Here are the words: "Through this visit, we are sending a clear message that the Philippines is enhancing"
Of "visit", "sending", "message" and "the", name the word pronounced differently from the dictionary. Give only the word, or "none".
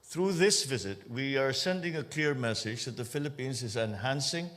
none